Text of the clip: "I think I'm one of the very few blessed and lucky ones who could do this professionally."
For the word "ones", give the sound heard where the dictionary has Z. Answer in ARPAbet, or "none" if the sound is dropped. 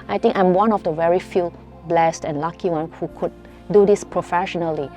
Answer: none